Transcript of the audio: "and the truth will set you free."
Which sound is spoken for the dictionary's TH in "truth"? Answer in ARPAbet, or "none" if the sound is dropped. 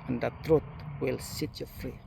T